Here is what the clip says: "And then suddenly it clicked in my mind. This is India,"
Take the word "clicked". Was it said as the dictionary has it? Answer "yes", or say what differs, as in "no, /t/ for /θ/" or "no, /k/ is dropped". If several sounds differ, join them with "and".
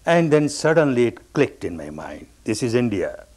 yes